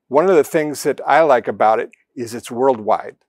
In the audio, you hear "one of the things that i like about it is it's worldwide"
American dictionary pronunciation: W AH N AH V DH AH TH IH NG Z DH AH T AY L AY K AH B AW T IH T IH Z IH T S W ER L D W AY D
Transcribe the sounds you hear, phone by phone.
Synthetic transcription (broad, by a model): W AH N AH V DH AH TH IH NG Z DH AH T AY L AY K AH B AW T IH T IH Z IH T S W ER L D W AY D